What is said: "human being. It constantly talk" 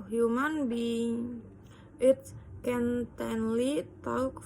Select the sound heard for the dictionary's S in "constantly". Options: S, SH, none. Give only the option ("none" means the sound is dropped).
none